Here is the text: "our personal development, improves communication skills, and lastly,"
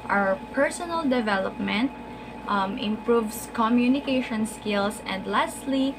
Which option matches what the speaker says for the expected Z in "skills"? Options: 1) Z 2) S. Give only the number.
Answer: 2